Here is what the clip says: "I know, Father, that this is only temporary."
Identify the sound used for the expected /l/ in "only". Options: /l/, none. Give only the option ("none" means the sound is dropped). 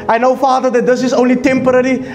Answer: /l/